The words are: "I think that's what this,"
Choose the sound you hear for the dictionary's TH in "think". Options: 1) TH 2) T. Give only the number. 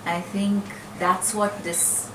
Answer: 1